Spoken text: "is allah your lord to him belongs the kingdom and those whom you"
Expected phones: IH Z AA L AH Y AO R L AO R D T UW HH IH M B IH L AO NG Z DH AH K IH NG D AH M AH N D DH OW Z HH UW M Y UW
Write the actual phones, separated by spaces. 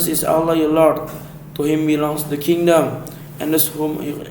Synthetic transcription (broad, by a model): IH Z AA L AH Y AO L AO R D T UW HH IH M B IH L AO NG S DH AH K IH NG D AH M AH N D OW S HH UW M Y